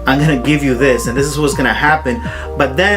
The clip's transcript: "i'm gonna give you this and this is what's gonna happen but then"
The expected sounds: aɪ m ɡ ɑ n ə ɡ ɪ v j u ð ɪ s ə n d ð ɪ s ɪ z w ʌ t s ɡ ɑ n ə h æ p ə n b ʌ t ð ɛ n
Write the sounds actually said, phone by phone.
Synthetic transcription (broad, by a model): aɪ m ɡ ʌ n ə ɡ ɪ v j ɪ ð ɪ s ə n ð ɪ s ɪ z w ʌ t s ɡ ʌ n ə h æ p ə n b ʌ t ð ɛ